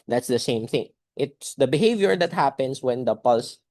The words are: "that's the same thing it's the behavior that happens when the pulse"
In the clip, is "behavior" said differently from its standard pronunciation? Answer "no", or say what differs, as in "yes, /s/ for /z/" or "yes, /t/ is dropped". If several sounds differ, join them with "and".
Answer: no